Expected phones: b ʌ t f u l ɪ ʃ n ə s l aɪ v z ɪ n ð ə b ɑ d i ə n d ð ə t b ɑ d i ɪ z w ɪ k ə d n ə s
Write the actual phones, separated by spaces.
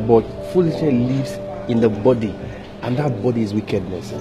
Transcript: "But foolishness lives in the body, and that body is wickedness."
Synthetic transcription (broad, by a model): b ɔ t f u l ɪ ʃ ə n l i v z ɪ n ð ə b ɑ d i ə n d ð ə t b ɑ d i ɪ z w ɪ k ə d n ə s